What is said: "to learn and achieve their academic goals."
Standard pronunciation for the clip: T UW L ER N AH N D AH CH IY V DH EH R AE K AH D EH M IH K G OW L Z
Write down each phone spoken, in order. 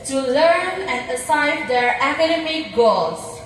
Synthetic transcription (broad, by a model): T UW L ER N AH N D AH S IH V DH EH R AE K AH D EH M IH K G OW L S